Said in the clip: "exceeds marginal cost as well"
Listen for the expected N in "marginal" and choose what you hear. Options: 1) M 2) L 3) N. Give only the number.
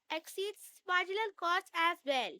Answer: 2